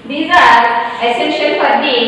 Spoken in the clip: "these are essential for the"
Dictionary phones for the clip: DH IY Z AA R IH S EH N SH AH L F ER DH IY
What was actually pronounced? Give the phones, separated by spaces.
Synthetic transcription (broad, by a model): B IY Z AA R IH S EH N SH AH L P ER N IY